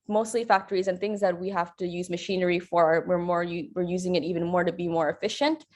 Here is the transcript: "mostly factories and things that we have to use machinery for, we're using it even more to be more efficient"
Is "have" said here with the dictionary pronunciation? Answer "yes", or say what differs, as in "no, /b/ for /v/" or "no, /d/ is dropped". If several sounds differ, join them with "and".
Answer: no, /f/ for /v/